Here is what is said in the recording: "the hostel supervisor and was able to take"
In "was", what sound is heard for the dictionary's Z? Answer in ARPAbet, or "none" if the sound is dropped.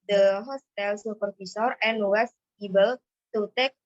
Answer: S